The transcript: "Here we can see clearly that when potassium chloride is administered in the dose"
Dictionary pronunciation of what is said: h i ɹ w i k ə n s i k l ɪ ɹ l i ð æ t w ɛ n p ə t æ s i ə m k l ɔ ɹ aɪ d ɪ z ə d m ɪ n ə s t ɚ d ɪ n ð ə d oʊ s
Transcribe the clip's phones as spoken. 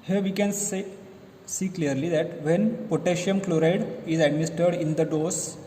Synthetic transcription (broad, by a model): h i ɹ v i k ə n s i k l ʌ ɹ l i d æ t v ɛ n p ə t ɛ ʃ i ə m k l ɔ ɹ aɪ d ɪ z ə d m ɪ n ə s t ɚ d ɪ n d ə d oʊ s